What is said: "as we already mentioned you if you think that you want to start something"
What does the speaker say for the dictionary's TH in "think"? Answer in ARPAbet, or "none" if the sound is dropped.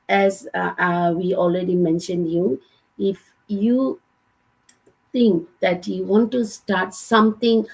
T